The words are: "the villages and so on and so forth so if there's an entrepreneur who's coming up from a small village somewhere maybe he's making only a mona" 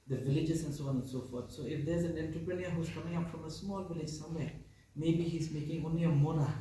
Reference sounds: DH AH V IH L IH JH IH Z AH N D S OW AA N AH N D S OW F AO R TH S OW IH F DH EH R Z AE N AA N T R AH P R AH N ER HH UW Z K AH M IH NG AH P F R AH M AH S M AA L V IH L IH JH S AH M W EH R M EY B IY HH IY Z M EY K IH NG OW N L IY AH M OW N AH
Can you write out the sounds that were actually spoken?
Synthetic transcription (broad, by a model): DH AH V IH L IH JH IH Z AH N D S OW AA N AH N S OW F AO R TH S OW IH F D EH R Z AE N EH N T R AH P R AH N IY HH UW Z K AH M IH NG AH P F R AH M AH S M AA L V IH L IH JH S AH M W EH M EY B IY HH IY Z M EY K IH NG OW N L IY AH M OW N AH